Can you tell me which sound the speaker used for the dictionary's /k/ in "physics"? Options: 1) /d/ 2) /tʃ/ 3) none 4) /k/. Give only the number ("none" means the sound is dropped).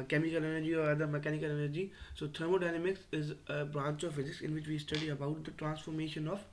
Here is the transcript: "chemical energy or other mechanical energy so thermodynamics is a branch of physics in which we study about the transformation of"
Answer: 4